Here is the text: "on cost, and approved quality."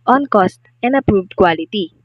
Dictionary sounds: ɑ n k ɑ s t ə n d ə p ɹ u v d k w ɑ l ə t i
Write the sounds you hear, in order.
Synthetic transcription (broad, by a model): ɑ n k ɑ s t ə n d ə p ɹ u v d k w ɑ l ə t i